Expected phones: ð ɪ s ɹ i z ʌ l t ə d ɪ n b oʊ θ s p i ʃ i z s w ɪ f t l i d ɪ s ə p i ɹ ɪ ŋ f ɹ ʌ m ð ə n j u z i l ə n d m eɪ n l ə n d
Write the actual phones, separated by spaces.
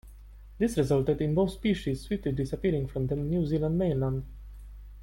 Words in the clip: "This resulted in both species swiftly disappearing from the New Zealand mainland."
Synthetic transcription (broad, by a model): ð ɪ s ɹ i z ʌ l t ə d ɪ n b oʊ θ s p i ʃ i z s w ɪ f t l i d ɪ s ə p i ɹ ɪ ŋ f ɹ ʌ m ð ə n j u z i l ə n d m eɪ n l ə n d